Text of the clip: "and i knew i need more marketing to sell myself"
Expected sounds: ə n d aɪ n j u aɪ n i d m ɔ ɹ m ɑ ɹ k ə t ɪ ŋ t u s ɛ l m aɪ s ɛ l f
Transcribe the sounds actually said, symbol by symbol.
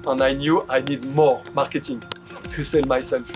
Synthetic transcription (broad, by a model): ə n aɪ n j u aɪ n i d m ɔ ɹ m ɑ ɹ k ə t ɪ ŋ t u s ɛ l m aɪ s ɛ l f